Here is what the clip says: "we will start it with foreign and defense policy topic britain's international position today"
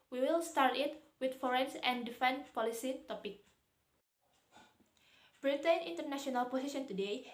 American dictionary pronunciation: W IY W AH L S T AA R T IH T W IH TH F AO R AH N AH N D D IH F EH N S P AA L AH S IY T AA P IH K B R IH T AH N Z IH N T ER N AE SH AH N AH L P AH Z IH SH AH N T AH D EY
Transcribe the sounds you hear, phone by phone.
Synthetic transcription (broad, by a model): W IY W AH L S T AA R T IH T W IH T F AO R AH N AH N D D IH F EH N P AA L AH S IY T AA P IH K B R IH T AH N IH N T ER N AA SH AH N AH L P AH S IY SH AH N T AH D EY